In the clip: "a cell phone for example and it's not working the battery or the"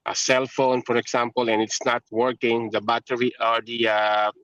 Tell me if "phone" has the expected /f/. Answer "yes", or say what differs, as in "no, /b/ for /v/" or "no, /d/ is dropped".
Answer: yes